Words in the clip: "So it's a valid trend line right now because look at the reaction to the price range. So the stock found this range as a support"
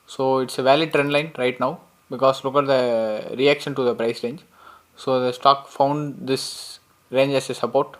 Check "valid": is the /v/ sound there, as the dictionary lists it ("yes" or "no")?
yes